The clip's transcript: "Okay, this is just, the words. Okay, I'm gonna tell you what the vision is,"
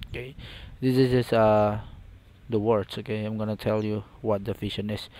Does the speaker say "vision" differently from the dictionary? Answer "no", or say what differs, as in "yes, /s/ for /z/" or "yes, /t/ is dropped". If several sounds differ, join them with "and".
yes, /f/ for /v/ and /ʃ/ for /ʒ/